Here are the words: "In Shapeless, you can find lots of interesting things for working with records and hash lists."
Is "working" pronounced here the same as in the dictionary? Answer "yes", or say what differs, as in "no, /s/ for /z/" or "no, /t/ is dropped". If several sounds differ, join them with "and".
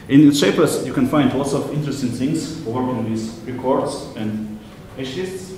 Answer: no, /k/ is dropped